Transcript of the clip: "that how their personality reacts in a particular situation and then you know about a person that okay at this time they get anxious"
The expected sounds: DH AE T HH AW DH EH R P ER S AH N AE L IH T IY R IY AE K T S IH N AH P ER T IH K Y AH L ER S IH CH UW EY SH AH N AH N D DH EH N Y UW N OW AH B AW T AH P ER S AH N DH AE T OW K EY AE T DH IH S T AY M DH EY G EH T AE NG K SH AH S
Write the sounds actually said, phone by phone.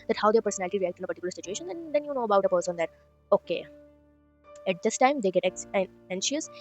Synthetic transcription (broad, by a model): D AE T HH AW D EH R P ER S AH N AE L IH T IY R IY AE K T IH N AH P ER T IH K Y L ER S IH CH UW EY SH AH N AH N D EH N Y UW N OW AH B AW T AH P ER S AH N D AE T OW K EY AE T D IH S T AY M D EY G EH T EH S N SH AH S